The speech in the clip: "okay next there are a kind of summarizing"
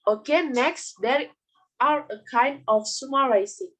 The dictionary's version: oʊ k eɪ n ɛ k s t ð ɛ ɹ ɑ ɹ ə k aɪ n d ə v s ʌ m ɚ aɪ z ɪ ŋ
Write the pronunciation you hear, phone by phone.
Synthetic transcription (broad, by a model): oʊ k eɪ n ɛ k s t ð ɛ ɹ ɑ ɹ ə k aɪ n d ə f s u m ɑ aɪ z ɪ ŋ